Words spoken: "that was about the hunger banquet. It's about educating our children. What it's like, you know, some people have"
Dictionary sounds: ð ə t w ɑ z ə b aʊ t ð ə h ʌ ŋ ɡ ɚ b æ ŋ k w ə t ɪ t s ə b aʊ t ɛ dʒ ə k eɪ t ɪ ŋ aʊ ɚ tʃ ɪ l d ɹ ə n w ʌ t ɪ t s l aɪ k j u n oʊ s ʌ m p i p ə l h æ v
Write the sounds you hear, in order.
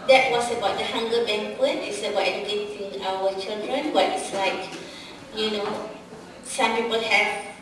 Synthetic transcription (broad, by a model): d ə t w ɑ s ə b aʊ t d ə h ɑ ŋ ɡ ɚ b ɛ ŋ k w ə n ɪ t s ə b aʊ t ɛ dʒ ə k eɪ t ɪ ŋ aʊ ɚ tʃ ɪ l d ɹ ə n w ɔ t ɪ t s l aɪ k j u n oʊ s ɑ m p i p ə l h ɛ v